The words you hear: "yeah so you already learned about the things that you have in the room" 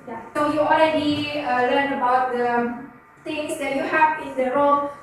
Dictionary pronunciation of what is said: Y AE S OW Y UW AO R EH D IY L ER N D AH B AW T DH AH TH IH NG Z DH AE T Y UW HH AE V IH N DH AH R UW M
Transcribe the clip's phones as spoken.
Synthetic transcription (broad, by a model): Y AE S OW Y UW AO L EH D IY L ER N D AH B AW T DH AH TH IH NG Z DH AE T Y UW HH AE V IH N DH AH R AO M